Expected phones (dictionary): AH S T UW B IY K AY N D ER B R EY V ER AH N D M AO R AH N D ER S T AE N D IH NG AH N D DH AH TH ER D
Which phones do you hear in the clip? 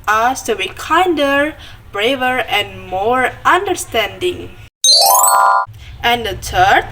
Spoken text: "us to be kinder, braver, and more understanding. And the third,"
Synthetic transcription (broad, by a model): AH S T UW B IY K AY N D ER B R EY V ER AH N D M AO R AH N D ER S T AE N D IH NG AH N D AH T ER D